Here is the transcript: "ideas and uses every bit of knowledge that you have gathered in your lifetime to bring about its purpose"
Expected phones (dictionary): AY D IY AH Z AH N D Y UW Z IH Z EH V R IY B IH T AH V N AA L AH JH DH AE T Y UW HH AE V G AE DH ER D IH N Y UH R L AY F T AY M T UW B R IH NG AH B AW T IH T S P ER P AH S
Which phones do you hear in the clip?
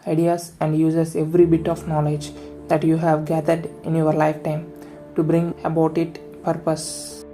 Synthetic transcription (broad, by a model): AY D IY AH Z AH N D Y UW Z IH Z EH V R IY B IH T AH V N AA L AH JH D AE T Y UW HH AE V G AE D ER D IH N Y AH R L AY F T AY M T UW B R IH NG AH B AW T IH T P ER P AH S